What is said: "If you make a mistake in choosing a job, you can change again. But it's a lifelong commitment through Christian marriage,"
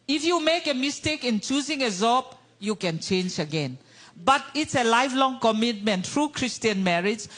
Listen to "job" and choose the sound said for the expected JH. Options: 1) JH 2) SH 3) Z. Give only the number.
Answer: 3